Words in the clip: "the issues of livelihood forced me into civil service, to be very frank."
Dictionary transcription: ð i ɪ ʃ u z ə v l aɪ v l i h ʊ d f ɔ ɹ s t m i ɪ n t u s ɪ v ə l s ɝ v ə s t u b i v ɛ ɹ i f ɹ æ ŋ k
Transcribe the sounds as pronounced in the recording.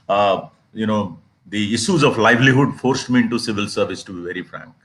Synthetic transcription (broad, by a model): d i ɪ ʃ u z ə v l aɪ v l i h ʊ d f ɔ ɹ s t m i ɪ n t u s ɪ v ə l s ɝ v ə s t u b i v ɛ ɹ i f ɹ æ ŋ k